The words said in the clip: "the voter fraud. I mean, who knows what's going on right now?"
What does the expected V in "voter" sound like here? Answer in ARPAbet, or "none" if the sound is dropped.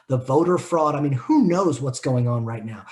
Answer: V